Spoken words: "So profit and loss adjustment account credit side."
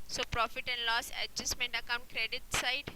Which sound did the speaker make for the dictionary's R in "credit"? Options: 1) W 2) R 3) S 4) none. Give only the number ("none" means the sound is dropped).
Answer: 2